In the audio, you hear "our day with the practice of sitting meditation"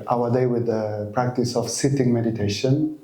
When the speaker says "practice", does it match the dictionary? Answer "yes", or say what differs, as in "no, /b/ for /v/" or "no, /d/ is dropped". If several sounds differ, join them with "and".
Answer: yes